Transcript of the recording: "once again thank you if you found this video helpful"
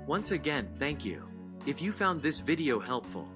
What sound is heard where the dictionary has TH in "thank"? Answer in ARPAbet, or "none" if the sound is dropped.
TH